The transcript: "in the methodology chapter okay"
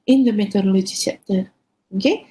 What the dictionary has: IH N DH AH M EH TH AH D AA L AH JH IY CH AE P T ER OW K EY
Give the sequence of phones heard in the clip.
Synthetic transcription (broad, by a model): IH N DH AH M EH T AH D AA L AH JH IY S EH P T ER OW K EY